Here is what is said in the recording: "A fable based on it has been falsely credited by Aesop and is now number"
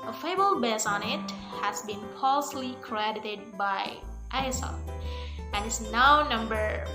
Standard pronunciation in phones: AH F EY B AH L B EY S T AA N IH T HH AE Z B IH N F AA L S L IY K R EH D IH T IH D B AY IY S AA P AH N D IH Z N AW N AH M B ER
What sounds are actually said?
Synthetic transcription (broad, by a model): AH F EY B AH L B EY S AA N IH T HH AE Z B IH N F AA L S L IY K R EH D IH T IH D B AY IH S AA F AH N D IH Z N AW N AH M B ER